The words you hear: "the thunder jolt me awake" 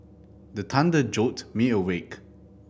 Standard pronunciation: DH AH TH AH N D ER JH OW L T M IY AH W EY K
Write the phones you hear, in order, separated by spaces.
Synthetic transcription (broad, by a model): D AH T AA N D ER JH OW T M IY AH W EY K